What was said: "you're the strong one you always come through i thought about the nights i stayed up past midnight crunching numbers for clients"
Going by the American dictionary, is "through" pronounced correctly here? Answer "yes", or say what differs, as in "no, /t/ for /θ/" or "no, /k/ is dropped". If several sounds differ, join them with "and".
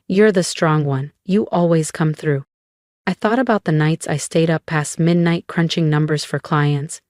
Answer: yes